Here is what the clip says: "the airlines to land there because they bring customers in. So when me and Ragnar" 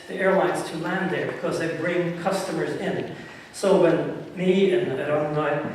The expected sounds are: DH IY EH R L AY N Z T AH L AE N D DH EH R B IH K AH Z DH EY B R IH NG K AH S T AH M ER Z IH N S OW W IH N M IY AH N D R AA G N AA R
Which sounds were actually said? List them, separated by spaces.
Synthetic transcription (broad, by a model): DH IY EH R L AY N Z T AH L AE N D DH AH R B IH K AH Z DH EY B R IH NG K AH S T AH M ER Z IH N S OW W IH N M IY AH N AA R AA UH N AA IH